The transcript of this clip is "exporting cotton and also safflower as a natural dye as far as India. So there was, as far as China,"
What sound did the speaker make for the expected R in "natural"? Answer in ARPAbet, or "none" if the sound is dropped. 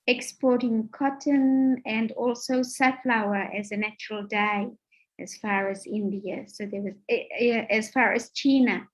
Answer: R